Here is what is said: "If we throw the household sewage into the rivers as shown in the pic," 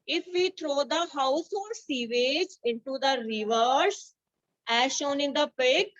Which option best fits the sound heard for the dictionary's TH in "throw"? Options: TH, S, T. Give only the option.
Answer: T